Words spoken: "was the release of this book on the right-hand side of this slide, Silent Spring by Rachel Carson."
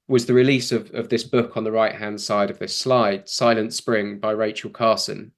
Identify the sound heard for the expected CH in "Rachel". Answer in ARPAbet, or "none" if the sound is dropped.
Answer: CH